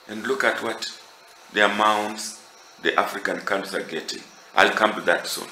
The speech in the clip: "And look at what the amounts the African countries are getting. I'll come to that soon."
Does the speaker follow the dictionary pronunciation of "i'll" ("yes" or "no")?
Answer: yes